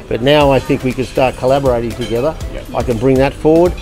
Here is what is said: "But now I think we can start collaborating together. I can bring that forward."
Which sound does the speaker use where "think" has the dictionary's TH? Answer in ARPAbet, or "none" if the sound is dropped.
TH